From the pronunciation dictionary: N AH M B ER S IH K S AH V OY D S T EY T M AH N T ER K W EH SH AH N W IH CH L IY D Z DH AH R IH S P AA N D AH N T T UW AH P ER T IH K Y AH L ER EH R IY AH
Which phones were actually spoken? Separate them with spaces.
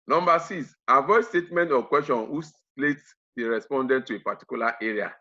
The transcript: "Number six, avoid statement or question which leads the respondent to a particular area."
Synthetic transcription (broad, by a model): N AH M B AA S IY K S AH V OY S T EY T M AH N T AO K W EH S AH N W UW S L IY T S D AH R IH S P AA N D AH N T T UW AH P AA T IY K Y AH L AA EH R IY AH